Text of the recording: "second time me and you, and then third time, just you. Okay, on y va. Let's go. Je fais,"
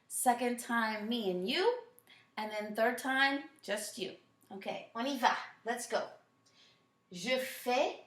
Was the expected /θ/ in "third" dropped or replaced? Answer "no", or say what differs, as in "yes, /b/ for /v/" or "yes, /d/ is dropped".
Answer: no